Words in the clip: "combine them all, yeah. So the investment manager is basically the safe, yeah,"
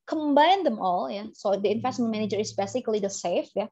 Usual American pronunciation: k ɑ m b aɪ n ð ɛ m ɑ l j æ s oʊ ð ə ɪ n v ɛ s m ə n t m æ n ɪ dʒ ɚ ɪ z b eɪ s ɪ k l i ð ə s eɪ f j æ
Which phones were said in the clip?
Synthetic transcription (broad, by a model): k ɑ m b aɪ n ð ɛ m ɑ l j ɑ s oʊ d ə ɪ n f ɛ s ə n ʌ m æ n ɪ dʒ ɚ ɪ s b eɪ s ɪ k l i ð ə s eɪ f j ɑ